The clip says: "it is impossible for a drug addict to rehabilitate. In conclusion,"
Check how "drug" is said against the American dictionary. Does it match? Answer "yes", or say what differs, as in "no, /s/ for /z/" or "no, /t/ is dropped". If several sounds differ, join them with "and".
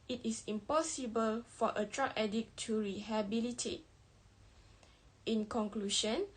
no, /ɡ/ is dropped